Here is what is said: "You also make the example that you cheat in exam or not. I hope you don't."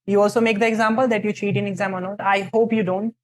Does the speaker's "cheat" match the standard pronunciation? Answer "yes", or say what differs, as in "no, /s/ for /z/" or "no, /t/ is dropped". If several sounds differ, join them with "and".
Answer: yes